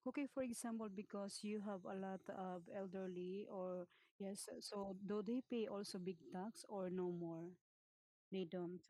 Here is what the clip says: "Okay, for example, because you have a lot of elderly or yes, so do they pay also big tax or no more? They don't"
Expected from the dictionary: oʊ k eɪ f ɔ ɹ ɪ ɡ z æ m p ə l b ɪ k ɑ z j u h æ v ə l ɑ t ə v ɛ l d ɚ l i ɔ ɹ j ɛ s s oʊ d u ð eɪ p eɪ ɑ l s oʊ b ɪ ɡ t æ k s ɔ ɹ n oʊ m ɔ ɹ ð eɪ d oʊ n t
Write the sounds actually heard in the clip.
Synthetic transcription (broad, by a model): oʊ k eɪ f ɔ ɹ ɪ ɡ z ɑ m p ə l b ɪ k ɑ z j u h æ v ə l ɑ t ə b ɛ l d ɚ l i ɔ ɹ j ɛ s s oʊ d u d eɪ p eɪ ɑ l s oʊ b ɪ ɡ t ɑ k s ɔ ɹ n oʊ m ɔ ɹ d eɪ d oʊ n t